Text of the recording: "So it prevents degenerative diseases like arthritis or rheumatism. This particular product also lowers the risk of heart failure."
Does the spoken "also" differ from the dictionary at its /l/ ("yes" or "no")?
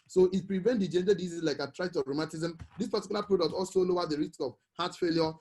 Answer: no